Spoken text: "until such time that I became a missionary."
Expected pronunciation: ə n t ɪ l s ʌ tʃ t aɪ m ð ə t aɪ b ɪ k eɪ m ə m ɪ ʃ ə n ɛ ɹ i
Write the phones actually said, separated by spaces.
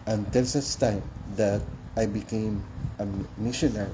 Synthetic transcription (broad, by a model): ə n t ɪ l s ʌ s t aɪ m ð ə t aɪ b ɪ k eɪ m ə m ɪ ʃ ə n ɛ ɹ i